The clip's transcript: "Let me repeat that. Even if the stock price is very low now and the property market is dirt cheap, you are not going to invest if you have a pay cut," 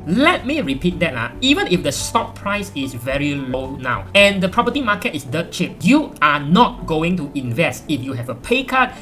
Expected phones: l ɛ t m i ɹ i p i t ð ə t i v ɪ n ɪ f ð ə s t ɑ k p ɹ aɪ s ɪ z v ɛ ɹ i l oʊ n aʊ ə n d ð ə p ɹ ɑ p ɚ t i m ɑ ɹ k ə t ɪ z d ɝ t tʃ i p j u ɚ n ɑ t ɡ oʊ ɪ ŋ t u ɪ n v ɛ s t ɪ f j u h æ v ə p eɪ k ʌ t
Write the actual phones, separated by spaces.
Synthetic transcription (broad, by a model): l ɛ t m i ɹ i p i t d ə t i v ɪ n ɪ f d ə s t ɑ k p ɹ aɪ s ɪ s v ɛ ɹ i l oʊ n aʊ ə n d ə p ɹ ɑ p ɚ t i m ɑ k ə t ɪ s d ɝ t tʃ i p j u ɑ n ɑ t ɡ oʊ ɪ ŋ t u ɪ n v ɛ s t ɪ f j u h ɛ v ə p eɪ k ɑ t